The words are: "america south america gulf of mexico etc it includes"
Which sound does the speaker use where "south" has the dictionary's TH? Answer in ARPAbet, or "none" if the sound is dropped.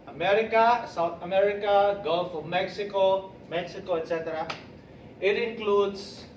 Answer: T